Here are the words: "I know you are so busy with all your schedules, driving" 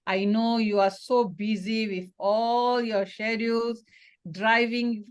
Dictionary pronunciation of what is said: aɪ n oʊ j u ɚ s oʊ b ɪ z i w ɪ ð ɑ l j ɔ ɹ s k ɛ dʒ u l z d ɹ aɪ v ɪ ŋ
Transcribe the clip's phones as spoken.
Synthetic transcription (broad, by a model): aɪ n oʊ j u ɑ s oʊ b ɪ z i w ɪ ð ɑ l j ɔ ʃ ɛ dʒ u z d ɹ aɪ v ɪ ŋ